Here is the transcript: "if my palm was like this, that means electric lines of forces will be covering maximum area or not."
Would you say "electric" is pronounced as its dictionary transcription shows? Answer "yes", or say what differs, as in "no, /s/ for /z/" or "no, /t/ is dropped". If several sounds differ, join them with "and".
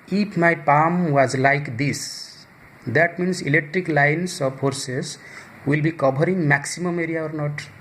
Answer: yes